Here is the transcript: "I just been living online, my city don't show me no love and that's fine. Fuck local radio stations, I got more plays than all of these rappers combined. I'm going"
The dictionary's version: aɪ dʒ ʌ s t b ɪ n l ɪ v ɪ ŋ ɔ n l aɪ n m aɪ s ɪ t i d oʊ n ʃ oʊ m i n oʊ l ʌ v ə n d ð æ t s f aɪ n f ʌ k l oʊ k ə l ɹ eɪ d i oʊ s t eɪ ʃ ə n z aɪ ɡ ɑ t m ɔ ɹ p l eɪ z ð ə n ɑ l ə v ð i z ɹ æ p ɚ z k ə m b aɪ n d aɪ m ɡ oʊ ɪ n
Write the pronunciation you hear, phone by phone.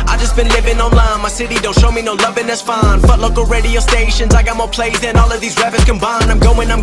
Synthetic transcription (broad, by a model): aɪ dʒ ʌ s b ɪ n l ɪ v ɪ ŋ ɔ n l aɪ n m aɪ s ɪ t i d oʊ n ʃ oʊ m i n oʊ l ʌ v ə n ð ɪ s f aɪ n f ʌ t l oʊ k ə l ɹ eɪ d i oʊ s t eɪ ʃ ə n z aɪ ɡ ɑ t m ɔ ɹ p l eɪ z ð ə n ɑ l ə v ð i z ɹ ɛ b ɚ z k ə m b aɪ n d aɪ m ɡ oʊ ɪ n